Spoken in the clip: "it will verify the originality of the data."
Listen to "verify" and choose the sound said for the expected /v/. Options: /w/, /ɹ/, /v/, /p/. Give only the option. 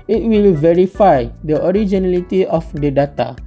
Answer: /v/